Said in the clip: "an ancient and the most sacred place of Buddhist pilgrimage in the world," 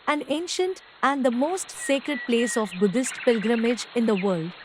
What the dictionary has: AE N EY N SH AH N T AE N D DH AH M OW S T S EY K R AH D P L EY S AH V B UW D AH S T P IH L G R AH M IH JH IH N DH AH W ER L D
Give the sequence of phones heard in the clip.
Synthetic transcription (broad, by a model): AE N EY N SH AH N T AE N D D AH M OW S T S EY K R AH D P L EY S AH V B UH D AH S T P IH L G R AH M IH JH IH N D AH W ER L D